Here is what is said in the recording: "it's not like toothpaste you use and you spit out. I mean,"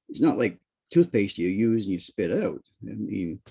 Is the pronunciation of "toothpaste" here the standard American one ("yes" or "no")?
yes